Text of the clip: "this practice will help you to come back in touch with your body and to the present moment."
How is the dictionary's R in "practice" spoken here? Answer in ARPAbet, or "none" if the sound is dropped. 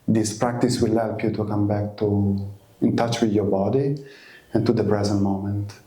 R